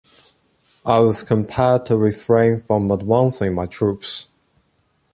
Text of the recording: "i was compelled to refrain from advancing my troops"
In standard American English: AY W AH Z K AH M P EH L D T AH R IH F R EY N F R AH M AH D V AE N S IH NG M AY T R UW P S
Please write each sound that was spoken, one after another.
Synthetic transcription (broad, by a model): AY W AH Z K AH M P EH D T AH R IH F R EY N F R AH M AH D W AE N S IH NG M AY T R UW P S